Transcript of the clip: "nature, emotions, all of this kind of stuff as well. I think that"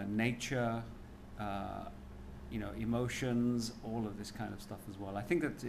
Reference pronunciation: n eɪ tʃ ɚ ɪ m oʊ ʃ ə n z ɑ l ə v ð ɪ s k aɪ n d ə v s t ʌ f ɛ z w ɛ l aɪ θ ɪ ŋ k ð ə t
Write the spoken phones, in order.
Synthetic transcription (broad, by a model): n eɪ tʃ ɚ ɪ m oʊ ʃ ə n z ɑ l ə v ð ɪ s k aɪ n d ə v s t ʌ f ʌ z w ɛ l aɪ θ ɪ ŋ k ð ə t